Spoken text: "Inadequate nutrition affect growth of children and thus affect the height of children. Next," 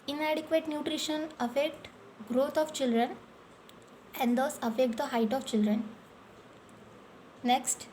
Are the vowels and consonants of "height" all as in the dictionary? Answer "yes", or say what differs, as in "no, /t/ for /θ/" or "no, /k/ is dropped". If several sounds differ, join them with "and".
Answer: yes